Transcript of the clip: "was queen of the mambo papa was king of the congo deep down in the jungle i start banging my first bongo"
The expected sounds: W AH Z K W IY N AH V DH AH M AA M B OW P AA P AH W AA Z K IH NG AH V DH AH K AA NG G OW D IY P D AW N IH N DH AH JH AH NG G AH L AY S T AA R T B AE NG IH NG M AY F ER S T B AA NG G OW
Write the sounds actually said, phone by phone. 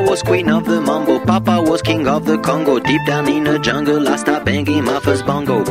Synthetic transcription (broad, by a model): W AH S K W IY N AH V DH AH M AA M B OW P AA P AH W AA S K IH NG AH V DH AH K AA NG G OW D IY P D AW N IH N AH JH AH NG G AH L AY S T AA B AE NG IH M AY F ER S B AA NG G OW